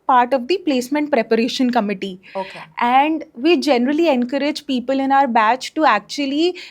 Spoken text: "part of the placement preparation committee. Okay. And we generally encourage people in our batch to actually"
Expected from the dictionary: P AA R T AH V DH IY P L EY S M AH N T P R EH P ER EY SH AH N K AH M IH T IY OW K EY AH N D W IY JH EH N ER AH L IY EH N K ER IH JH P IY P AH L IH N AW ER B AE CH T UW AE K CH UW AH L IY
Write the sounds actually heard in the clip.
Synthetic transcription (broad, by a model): P AA R T AH V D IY P L EY S M AH N T P R EH P ER EY SH AH N K AH M IH T IY OW K EY AH N D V IY JH EH N ER AH L IY EH N K ER IH JH P IY P AH L IH N AW ER B AE CH T UW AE K CH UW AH L IY